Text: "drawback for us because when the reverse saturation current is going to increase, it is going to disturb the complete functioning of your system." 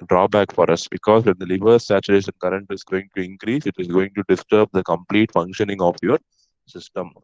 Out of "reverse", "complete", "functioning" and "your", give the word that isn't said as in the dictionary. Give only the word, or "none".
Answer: reverse